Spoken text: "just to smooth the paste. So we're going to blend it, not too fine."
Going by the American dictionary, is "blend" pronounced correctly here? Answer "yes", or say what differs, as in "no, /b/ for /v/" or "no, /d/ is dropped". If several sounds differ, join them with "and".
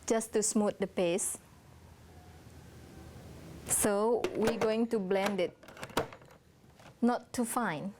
yes